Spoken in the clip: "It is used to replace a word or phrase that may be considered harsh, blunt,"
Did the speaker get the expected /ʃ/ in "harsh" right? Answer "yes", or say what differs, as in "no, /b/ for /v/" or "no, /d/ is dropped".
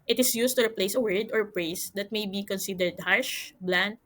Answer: yes